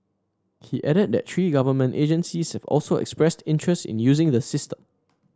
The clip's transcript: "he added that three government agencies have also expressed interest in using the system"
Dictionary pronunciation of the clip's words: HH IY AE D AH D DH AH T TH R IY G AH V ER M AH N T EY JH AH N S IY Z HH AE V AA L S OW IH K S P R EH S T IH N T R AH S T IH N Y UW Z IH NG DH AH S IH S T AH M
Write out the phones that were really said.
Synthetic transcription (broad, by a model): HH IY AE D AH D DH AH T T R IY G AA V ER M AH N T EY JH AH N S IY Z HH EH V AA L S OW IH K S P R EH S T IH N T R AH S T IH N Y UW Z IH NG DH AH S IH S T AH M